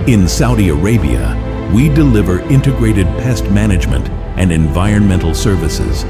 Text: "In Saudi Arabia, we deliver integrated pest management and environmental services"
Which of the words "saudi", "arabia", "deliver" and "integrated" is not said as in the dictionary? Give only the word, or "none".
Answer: none